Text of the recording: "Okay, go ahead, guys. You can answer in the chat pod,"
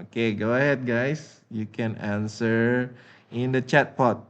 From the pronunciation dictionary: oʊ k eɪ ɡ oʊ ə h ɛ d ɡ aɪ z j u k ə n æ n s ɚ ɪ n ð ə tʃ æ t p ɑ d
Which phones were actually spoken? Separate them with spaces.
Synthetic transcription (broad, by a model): oʊ k eɪ ɡ oʊ ə h ɛ d ɡ aɪ s j u k ə n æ n s ɚ ɪ n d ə tʃ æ t p ɑ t